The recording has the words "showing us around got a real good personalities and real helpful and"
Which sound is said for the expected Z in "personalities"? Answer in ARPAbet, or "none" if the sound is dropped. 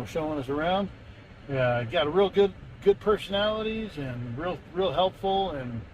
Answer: Z